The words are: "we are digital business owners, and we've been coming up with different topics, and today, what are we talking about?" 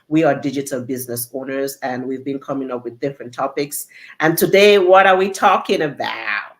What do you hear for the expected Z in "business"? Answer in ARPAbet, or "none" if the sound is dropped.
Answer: Z